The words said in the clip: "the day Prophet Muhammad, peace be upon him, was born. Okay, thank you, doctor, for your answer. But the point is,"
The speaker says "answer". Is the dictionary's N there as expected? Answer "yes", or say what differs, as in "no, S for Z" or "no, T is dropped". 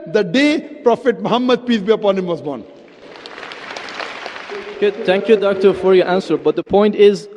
yes